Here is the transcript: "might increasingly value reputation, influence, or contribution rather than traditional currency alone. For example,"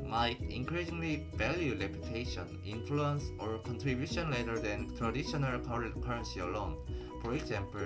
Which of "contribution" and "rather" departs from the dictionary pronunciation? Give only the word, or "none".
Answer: rather